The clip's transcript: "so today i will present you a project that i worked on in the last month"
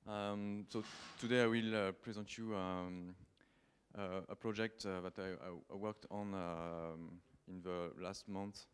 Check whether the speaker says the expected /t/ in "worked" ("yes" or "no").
yes